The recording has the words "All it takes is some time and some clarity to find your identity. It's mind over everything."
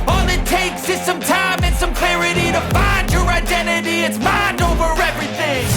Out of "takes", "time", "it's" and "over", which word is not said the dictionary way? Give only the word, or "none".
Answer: none